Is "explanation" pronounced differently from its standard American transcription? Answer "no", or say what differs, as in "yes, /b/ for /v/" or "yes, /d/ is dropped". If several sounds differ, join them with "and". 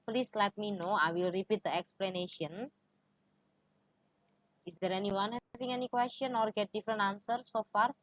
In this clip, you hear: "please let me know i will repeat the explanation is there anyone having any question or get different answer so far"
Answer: no